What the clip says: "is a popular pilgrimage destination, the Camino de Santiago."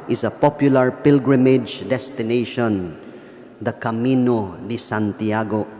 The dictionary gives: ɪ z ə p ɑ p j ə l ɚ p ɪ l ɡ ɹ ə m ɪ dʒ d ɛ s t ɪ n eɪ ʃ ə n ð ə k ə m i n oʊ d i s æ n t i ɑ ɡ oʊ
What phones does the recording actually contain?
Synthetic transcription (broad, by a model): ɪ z ə p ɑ p j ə l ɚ p ɪ l ɡ ɹ ə m ɪ dʒ d ɛ s t ɪ n eɪ ʃ ə n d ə k ə m i n oʊ d i s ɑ n t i ɑ ɡ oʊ